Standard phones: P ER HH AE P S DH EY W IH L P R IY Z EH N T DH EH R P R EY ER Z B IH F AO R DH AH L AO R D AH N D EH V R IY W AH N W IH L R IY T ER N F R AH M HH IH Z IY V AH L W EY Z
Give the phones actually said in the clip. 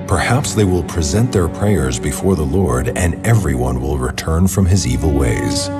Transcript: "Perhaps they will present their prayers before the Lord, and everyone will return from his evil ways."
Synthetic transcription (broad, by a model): P ER HH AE P S DH EY W IH L P R IY Z EH N T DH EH R P R EY ER Z B IH F AO R DH AH L AO R D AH N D EH V R IY W AH N W IH L R IY T ER N F R AH M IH Z IY V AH L W EY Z